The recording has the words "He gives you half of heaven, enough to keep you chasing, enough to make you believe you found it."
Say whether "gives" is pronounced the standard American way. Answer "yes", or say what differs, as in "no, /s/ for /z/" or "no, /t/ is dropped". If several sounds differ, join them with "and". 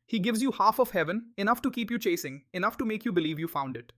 yes